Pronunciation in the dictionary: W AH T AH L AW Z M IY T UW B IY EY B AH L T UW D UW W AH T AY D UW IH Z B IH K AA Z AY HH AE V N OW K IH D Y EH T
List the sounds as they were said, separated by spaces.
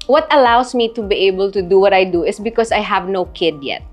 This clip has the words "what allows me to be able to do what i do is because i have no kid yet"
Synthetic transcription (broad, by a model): W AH T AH L AW S M IY T UW B IY EY B AH L T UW D UW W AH T AY D UW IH S B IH K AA S AY HH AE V N OW K IH D Y EH T